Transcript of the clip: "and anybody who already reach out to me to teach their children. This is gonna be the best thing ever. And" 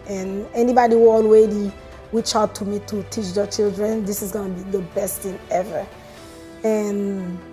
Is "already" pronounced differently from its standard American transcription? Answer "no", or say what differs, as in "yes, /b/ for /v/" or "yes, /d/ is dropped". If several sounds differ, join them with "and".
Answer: yes, /w/ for /ɹ/